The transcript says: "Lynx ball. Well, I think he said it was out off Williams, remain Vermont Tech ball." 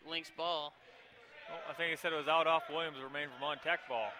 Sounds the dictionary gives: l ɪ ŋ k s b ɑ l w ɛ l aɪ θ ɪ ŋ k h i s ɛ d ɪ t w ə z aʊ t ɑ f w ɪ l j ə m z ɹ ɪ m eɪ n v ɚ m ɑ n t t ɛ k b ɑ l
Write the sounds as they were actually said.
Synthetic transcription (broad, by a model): l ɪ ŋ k s b ɑ l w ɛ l aɪ θ ɪ ŋ k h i s ɛ d ɪ t w ə z aʊ t ɑ f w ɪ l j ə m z ɹ ɪ m eɪ n f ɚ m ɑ n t t ɛ k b ɑ l